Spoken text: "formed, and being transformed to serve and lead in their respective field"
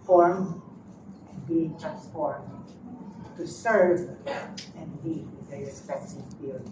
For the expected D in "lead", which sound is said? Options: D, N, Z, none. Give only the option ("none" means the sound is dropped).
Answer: none